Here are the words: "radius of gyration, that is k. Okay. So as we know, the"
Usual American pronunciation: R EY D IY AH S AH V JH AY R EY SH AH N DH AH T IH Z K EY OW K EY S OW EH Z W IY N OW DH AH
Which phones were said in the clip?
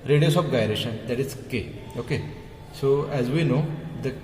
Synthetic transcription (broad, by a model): R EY D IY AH S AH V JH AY R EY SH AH N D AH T IH Z K EY OW K EY S OW EH Z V IY N OW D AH